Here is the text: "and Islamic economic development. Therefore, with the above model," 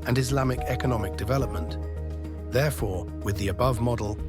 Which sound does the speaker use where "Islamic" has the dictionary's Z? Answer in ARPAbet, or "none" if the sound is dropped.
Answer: Z